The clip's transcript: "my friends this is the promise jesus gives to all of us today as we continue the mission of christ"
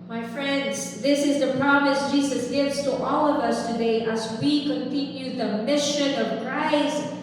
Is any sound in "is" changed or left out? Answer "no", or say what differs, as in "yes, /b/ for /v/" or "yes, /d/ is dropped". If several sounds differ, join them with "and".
no